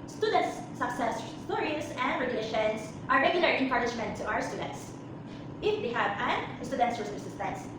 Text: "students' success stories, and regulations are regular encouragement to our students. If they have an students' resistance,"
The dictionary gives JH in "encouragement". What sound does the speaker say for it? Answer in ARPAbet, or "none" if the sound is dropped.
SH